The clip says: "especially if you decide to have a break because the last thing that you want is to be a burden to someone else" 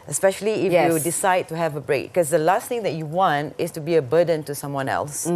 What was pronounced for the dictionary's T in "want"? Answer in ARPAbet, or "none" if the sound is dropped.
T